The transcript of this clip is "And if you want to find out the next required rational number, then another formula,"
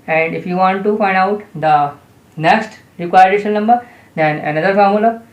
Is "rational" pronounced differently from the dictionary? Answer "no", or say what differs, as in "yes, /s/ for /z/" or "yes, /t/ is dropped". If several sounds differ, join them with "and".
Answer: yes, /n/ is dropped